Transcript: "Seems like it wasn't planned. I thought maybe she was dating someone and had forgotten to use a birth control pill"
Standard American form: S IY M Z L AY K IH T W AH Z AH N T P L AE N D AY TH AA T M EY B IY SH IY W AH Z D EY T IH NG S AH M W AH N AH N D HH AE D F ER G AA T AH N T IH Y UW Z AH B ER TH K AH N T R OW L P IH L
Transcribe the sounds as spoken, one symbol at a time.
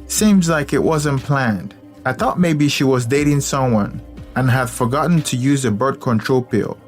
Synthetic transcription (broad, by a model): S IY M Z L AY K IH T W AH Z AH N P L AE N D AY TH AA T M EY B IY SH IY W AH Z D EY T IH NG S AH M W AH N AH N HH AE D F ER G AA T N T IH Y UW Z AH B ER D K AH N T R OW L P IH L